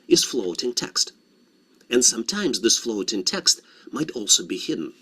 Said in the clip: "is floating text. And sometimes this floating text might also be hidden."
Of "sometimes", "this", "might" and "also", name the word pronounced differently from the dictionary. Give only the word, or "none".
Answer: none